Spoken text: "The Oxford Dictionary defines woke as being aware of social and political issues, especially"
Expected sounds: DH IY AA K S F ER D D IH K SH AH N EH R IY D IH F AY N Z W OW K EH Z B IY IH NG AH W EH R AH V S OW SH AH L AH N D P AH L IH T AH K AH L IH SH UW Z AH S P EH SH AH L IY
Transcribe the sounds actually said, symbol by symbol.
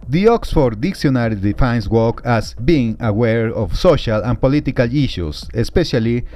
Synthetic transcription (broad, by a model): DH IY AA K S F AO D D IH K S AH N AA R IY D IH F AY N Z W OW K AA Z B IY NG AH W EH R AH F S OW SH AH L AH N P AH L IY T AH K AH L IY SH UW S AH S P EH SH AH L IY